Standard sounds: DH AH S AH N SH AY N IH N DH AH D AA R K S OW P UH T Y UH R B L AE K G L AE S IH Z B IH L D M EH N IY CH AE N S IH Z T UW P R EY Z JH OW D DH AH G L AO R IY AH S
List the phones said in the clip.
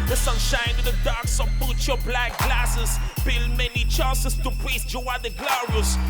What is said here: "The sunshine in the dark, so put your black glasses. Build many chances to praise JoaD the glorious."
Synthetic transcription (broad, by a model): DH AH S AH N SH AY N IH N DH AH D AA R K S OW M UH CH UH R B L AE K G L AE S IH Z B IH L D M EH N IY CH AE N S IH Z T UW P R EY S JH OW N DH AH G L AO R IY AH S